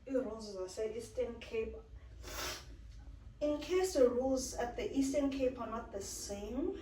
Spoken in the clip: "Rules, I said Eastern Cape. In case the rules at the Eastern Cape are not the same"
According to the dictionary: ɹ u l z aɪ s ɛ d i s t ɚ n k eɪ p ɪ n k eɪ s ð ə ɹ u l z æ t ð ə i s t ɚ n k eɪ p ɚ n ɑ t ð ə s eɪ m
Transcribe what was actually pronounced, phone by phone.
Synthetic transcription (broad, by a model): ɹ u l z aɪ s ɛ i s t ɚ n k eɪ p ɪ n k eɪ s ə ɹ u l z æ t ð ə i s t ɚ n k eɪ p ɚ n ɑ t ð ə s eɪ m